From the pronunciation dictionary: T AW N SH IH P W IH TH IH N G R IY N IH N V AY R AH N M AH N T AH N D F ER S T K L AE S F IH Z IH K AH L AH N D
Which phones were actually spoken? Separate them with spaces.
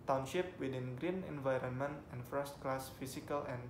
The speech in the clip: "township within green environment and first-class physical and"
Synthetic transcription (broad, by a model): T AW N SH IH P W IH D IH N G R IY N IH N V AY R AH N M AH N T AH N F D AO S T K L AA S F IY S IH K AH L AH N